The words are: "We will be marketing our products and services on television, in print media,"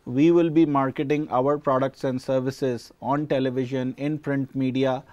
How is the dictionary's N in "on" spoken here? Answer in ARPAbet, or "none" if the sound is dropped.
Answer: N